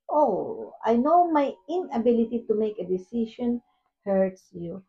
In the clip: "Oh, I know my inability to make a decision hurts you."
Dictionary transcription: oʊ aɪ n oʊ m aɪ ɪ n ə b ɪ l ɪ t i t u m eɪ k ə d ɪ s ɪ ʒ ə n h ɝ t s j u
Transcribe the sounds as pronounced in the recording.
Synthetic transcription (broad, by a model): oʊ aɪ n oʊ m aɪ ɪ n ə b ɪ l ɪ t i t u m eɪ k ə d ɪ s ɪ ʃ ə n h ɝ t s j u